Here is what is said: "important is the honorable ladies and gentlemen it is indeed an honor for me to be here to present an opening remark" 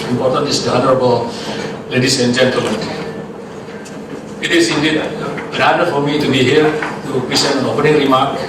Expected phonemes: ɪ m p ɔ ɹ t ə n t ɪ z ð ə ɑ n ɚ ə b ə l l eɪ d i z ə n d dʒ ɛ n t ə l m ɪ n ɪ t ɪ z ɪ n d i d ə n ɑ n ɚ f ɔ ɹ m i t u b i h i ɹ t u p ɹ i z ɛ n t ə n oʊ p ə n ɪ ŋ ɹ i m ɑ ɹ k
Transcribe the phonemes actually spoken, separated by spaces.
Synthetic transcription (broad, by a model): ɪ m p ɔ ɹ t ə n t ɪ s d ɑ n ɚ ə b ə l l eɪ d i s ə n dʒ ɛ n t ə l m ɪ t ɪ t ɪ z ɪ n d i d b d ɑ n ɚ f ɔ ɹ m i t u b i h i ɹ t u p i s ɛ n ə n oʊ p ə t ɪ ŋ ɹ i m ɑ ɹ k